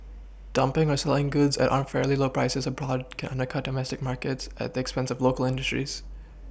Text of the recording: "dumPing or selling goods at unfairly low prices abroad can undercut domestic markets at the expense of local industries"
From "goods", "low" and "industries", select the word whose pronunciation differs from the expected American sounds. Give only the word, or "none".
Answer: none